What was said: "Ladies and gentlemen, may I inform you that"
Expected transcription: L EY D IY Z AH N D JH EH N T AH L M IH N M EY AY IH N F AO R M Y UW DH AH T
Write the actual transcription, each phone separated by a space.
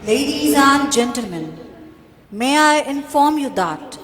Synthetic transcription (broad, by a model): L EY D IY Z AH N JH EH N T AH L M IH N M EY AY IH N F AO R M Y UW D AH T